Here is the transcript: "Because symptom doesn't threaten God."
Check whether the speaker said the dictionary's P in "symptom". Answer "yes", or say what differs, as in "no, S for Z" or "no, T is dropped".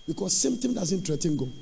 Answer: no, P is dropped